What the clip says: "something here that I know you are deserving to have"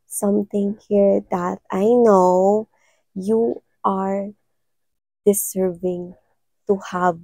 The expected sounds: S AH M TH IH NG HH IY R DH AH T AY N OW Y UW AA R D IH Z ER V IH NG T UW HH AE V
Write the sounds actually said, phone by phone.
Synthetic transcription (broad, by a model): S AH M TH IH NG HH IY R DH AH T AY N OW Y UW AA R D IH S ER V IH NG T UW HH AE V